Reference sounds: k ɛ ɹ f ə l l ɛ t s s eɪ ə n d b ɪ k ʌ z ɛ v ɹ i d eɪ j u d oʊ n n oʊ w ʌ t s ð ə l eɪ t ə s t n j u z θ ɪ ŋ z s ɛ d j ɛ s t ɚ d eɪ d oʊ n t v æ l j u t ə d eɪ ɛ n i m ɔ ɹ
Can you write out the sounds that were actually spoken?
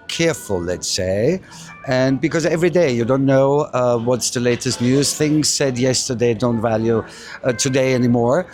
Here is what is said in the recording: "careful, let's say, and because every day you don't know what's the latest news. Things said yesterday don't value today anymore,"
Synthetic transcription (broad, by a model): k ɛ ɹ f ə l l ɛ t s s eɪ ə n b ɪ k ʌ z ɛ v ɹ i d eɪ j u d oʊ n n oʊ w ʌ t s ð ə l eɪ t ə s t n j u z θ ɪ ŋ z s ɛ d j ɛ s t ɚ d eɪ d oʊ n t v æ l j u t ə d eɪ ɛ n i m ɔ ɹ